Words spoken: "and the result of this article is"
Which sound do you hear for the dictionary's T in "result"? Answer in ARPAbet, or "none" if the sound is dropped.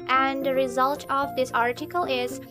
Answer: T